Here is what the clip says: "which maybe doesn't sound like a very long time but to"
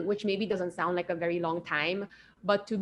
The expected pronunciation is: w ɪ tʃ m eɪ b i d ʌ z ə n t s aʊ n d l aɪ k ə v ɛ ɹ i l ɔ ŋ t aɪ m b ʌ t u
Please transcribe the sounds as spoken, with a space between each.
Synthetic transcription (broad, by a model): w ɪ tʃ m eɪ b i d ʌ z ə n t s aʊ n d l aɪ k ə v ɛ ɹ i l ɔ ŋ t aɪ m b ʌ t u